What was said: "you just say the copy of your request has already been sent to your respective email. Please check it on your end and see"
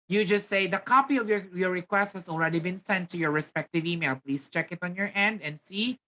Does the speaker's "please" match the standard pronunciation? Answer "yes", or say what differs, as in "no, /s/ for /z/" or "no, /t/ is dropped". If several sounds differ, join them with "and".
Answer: no, /s/ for /z/